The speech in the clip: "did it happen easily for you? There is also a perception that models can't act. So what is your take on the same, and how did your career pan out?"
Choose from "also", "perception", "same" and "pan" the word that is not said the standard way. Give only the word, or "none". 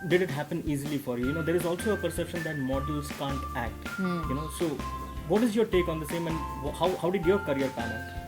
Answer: none